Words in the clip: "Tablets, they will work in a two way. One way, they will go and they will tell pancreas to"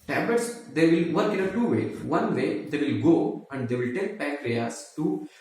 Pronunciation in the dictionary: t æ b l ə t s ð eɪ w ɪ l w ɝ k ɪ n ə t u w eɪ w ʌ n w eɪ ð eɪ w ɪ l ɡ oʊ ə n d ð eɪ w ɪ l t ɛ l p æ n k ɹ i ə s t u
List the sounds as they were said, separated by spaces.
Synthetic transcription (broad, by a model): t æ b l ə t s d eɪ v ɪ l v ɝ k ɪ n ə t u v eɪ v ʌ n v eɪ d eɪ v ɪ l ɡ oʊ ə n d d eɪ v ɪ l t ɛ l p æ k ɹ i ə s t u